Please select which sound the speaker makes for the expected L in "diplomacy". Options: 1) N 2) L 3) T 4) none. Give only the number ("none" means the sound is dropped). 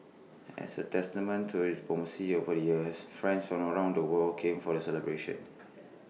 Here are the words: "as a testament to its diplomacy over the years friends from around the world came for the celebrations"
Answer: 4